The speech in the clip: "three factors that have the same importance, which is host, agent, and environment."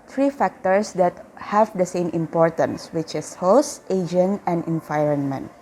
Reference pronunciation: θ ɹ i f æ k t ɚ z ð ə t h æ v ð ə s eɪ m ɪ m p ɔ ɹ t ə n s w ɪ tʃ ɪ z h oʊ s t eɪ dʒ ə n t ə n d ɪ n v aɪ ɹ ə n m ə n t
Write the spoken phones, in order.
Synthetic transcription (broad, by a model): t ɹ i f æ k t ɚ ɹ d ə t h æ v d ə s eɪ m ɪ m p ɔ ɹ t ə n s w ɪ tʃ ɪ s h oʊ s t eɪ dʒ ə n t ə n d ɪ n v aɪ ɹ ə n m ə n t